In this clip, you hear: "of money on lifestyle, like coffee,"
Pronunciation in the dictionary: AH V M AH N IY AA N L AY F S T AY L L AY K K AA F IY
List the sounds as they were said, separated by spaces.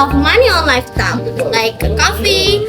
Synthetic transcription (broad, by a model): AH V M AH N IY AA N L AY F T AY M L AY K K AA F IY